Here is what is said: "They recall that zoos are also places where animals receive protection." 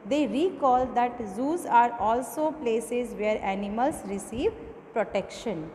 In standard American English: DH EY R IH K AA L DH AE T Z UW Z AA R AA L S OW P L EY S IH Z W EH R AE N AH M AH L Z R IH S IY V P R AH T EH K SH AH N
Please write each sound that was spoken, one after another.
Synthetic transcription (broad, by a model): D EY R IH K AA L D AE T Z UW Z AA R AA L S OW P L EY S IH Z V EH R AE N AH M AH L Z R IH S IY V P R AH T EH K SH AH N